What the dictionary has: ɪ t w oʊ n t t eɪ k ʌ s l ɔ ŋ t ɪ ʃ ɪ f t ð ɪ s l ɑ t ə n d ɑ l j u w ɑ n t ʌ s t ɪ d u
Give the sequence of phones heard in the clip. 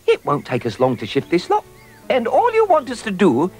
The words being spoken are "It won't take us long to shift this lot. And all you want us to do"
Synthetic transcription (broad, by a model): ɪ t w oʊ n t t eɪ k ʌ s l ɔ ŋ t ɪ ʃ ɪ f t ð ɪ s l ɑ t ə n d ɑ l j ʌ w ɑ n t ʌ s t ɪ d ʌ